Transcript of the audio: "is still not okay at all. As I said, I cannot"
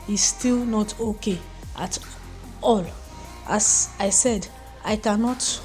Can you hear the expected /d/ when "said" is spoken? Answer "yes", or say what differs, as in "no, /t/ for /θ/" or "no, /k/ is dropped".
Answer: yes